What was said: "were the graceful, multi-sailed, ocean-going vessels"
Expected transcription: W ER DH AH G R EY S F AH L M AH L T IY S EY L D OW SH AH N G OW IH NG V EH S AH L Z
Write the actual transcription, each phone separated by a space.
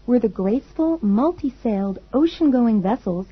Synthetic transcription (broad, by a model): W ER DH AH G R EY S F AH L M AH L T IY S EY L D OW SH AH N G OW IH NG V EH S L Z